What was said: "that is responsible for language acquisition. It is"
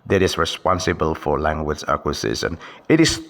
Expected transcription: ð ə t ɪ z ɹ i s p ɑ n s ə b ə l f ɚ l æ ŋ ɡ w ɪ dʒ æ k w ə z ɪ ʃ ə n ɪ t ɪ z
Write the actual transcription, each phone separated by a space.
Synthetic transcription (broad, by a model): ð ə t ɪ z ɹ i s p ɑ n s ə b ə l f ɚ l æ ŋ ɡ w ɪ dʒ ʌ k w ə s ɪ s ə n ɪ t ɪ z